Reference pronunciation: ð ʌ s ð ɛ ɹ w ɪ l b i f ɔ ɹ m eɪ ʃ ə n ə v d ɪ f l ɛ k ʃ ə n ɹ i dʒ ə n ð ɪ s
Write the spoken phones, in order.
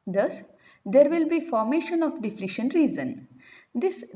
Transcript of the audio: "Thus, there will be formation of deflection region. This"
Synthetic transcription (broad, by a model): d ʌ s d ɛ ɹ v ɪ l b i f ɔ ɹ m eɪ ʃ ə n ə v d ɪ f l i ʃ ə n ɹ i z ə n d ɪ s